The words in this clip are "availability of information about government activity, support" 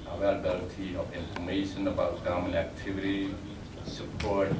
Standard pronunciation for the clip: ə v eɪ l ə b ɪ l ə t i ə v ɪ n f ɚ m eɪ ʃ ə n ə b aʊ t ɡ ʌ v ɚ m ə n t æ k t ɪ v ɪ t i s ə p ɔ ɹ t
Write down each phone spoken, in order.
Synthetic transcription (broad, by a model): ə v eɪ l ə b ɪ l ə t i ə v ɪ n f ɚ m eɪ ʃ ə n ə b aʊ t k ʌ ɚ m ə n æ k t ɪ v ɪ t i s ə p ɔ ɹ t